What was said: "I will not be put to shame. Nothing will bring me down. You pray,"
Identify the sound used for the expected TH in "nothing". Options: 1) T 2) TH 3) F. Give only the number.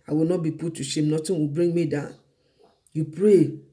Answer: 1